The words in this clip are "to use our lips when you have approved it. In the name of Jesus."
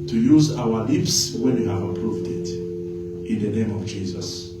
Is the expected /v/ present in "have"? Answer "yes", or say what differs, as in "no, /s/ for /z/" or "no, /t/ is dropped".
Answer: yes